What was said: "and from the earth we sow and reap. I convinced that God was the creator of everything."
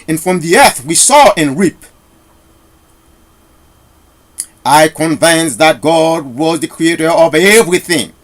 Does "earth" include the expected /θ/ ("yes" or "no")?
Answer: yes